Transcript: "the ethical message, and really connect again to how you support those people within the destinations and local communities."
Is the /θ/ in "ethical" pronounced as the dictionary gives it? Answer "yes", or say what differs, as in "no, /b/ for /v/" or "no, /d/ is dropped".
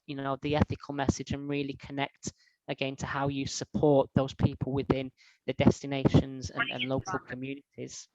yes